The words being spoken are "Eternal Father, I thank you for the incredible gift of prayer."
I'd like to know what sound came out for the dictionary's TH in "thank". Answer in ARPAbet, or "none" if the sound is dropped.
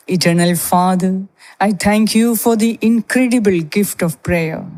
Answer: T